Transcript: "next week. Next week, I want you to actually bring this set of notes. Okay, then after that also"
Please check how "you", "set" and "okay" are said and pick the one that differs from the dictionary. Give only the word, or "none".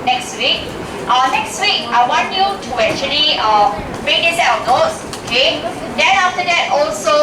set